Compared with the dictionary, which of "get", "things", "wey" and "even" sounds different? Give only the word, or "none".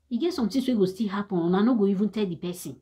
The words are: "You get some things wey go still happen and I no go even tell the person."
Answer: things